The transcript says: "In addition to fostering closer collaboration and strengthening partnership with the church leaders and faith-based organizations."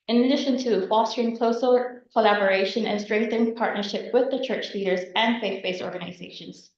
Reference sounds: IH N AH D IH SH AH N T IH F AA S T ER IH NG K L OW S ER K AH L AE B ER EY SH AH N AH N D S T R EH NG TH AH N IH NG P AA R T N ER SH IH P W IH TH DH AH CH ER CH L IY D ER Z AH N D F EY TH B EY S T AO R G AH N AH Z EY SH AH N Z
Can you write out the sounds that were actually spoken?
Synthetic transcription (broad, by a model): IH N AH D IH SH AH N T IH F AA S T ER IH NG K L OW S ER K AH L AE B ER EY SH AH N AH N S T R EH NG TH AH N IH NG P AA R T N ER SH IH P W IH DH AH CH ER CH L IY D ER Z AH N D F EY TH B EY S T AO R G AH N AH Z EY SH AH N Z